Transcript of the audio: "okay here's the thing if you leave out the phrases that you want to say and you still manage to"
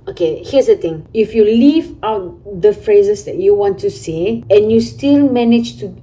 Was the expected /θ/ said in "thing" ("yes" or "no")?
no